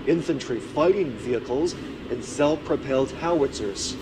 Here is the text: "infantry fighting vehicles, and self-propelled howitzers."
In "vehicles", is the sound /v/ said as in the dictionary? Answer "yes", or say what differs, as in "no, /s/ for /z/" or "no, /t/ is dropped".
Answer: yes